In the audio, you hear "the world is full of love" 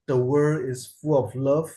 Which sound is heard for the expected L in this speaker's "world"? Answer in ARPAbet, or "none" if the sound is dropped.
none